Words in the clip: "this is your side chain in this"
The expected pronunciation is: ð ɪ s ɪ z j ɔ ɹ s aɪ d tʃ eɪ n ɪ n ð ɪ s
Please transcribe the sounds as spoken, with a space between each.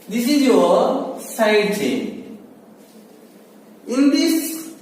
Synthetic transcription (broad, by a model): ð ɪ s ɪ z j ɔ s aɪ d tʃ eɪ ɪ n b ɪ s